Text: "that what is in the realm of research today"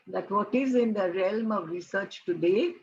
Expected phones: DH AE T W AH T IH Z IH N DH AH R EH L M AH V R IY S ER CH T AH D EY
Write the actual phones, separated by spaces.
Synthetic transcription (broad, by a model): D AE T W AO T IH Z IH N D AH R EH L M AH V R IY S ER CH T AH D EY